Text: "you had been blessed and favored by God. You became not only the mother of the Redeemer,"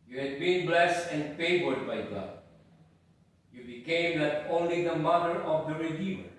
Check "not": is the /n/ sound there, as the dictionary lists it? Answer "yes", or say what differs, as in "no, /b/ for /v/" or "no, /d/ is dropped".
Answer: no, /l/ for /n/